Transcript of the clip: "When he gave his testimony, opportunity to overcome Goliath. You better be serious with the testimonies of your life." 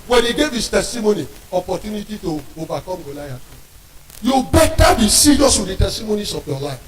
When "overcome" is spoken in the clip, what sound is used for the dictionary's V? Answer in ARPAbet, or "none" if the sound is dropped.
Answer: B